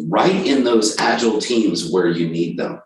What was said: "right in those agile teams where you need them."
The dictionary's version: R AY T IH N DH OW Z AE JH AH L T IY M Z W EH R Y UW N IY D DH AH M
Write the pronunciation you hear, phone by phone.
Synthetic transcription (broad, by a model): R AY T IH N DH OW Z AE JH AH L T IY M Z W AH R Y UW N IY D DH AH M